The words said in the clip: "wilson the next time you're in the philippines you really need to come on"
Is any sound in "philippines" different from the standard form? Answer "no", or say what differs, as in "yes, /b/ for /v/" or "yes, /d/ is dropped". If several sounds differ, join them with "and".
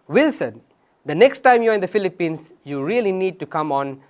yes, /s/ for /z/